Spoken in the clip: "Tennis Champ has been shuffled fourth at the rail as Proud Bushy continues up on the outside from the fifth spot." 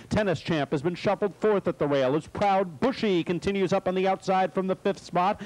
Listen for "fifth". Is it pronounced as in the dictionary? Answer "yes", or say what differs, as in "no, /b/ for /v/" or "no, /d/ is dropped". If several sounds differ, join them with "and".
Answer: yes